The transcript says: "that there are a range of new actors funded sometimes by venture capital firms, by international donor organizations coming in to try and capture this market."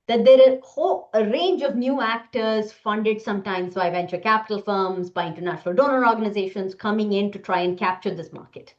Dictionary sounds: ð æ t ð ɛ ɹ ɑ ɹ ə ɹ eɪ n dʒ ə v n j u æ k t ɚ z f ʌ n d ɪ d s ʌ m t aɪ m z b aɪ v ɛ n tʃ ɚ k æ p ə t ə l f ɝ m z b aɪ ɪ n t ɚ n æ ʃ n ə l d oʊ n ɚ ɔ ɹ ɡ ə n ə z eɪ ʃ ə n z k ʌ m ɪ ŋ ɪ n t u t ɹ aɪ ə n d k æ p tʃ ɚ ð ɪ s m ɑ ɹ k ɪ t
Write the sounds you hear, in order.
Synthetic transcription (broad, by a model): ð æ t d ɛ ɹ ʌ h ə ɹ eɪ n dʒ ə v n j u æ k t ɚ z f ʌ n d ɪ d s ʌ m t aɪ m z b aɪ v ɛ n tʃ ɚ k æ p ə t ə l f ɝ m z b aɪ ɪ n t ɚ n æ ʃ n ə l d oʊ n ɚ ɔ ɹ ɡ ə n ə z eɪ ʃ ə n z k ʌ m ɪ ŋ ɪ n t u t ɹ aɪ ə n d k æ p tʃ ɚ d ɪ s m ɑ ɹ k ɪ t